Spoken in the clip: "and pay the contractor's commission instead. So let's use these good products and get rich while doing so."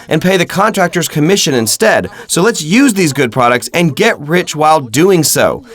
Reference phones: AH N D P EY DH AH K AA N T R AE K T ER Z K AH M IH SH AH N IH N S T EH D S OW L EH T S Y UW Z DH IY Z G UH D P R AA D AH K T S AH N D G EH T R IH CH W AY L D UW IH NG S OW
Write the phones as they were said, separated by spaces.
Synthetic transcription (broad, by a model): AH N P EY DH AH K AA N T R AE K T ER Z K AH M IH SH AH N IH N S T EH D S OW L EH T S Y UW Z DH IY Z G UH D P R AA D AH K T S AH N G EH T R IH CH W AY L D UW IH NG S OW